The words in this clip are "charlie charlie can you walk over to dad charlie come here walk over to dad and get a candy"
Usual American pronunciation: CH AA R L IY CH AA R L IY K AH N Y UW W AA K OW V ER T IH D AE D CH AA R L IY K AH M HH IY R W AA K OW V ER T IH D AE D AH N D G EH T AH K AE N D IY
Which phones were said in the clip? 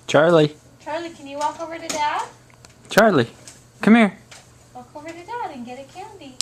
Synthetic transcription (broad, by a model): CH AA R L IY CH AA R L IY K AH N Y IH W AA K OW V ER T IH D AE D CH AA R L IY K AH M HH IY R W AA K OW V ER T IH D AE D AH N G EH T AH K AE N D IY